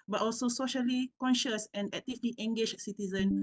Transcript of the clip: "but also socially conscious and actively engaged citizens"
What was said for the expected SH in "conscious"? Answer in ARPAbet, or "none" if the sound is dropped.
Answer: SH